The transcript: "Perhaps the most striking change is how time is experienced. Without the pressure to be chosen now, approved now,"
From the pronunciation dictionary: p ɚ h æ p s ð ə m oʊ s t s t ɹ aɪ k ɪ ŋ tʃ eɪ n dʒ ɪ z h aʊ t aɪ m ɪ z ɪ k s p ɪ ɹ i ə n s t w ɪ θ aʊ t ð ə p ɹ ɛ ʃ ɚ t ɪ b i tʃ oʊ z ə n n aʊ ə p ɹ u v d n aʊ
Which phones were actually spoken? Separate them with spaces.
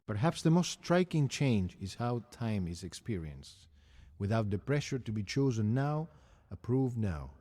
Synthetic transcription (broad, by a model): p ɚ h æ p s ð ə m oʊ s t s t ɹ aɪ k ɪ ŋ tʃ eɪ n dʒ ɪ z h aʊ t aɪ m ɪ z ɪ k s p ɪ ɹ i ə n s t w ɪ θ aʊ t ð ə p ɹ ɛ ʃ ɚ t ɪ b i tʃ oʊ z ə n n aʊ ə p ɹ u v d n aʊ